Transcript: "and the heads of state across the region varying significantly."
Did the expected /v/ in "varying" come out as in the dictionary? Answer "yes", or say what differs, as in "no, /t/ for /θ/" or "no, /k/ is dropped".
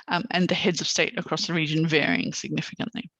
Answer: yes